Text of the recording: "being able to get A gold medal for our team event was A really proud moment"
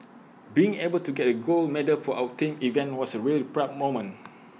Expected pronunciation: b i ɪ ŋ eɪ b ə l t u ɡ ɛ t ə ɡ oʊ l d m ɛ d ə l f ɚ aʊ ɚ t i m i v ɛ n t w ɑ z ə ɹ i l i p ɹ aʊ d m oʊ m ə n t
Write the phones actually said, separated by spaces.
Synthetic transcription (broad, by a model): b i ɪ ŋ eɪ b ə l t u ɡ ɛ t ə ɡ oʊ l m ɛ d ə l f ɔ aʊ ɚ t i m i v ɛ n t w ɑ s ə ɹ i l i p ɹ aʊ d m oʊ m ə n